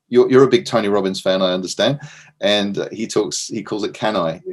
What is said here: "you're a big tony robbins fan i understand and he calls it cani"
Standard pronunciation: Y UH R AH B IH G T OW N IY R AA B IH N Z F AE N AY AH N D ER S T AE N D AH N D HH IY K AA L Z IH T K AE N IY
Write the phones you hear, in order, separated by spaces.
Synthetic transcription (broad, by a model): Y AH R AH B IH G T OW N IY R AA B IH N Z F AE N AY AH N D ER S T AE N D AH N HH HH IY K AA L Z IH T K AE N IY